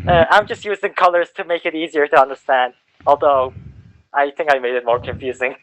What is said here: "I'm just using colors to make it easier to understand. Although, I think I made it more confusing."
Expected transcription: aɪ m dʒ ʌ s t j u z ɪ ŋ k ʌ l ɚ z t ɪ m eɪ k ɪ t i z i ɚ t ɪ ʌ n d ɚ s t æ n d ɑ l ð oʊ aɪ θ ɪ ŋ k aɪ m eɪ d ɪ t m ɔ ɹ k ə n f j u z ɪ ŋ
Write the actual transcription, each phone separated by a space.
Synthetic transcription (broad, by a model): aɪ m dʒ ʌ s t j u z ɪ ŋ k ʌ l ɚ z t ɪ m eɪ k ɪ t i z i ɚ t ɪ ʌ n d ɚ s t æ n d ɑ l ð oʊ aɪ θ ɪ ŋ k aɪ m eɪ d ɪ t m ɔ ɹ k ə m f j u z ɪ ŋ